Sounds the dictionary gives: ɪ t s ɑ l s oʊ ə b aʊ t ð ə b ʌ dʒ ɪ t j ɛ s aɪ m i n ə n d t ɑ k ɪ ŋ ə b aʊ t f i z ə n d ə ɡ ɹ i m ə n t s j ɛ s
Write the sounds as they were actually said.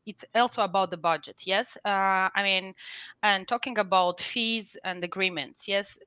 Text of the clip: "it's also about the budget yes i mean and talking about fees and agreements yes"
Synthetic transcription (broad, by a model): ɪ t s ɑ l s oʊ ə b aʊ t ð ə b ʌ dʒ ɪ t j ɛ s aɪ m i n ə n t ɑ k ɪ ŋ ə b aʊ t f i z ə n d ə ɡ ɹ i m ə n t s j ɛ s